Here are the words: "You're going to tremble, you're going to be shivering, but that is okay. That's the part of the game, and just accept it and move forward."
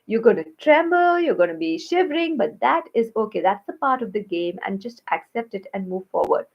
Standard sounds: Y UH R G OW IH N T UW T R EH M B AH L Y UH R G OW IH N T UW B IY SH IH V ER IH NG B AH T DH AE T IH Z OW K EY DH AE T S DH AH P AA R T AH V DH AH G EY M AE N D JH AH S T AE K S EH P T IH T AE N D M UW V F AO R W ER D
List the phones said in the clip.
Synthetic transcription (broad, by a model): Y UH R G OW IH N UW T R EH M B AH L Y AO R G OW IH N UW B IY SH IH V ER IH NG B AH T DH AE T IH Z OW K EY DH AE T S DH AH P AA R T AH V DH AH G EY M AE N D JH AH S T AE K S EH P T IH T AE N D M UW V F AO R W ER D